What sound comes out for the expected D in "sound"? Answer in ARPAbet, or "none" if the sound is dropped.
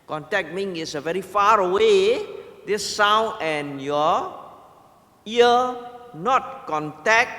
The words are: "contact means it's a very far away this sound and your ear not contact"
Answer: none